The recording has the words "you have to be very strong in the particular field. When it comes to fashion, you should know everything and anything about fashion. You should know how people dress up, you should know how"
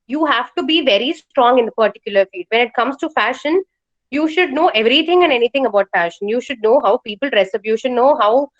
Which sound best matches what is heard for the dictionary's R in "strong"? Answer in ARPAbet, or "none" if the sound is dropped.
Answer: R